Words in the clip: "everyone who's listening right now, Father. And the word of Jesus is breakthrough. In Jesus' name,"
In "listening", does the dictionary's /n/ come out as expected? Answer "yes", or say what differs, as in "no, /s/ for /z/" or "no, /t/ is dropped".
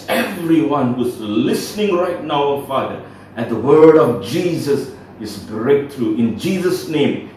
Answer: yes